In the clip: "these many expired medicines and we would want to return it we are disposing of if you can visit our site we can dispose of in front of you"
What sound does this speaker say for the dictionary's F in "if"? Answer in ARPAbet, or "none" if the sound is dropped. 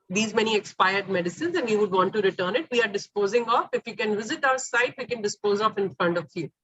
F